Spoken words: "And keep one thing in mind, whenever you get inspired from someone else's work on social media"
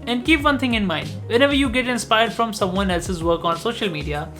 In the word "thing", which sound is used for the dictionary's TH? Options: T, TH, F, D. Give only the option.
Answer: T